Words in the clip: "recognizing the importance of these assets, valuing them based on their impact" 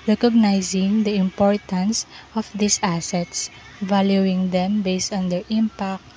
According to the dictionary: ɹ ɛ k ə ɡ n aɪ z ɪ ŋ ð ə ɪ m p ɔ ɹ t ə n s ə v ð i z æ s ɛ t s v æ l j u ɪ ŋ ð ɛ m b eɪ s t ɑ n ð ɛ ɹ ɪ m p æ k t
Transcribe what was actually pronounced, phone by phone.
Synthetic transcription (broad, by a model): ɹ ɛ k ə ɡ n aɪ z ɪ ŋ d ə ɪ m p ɔ ɹ t ə n s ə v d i s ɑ s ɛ t s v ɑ l j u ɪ ŋ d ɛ m b eɪ s t ɑ n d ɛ ɹ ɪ m p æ k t